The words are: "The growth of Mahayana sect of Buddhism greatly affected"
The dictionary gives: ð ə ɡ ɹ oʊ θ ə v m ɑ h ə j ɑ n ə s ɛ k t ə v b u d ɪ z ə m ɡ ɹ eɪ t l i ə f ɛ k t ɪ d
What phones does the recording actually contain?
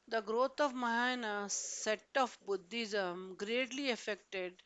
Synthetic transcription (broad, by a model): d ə ɡ ɹ oʊ t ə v m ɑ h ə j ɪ n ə s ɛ t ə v b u d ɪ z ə m ɡ ɹ eɪ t l i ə f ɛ k t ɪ d